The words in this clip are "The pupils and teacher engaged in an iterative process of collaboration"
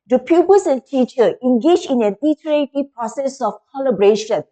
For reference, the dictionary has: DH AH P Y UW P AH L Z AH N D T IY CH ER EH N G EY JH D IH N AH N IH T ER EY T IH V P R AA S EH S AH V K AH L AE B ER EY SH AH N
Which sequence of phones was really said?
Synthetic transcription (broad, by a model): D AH P Y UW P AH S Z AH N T IY CH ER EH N G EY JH IH N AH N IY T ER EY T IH P R AA S EH S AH F K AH L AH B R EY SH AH N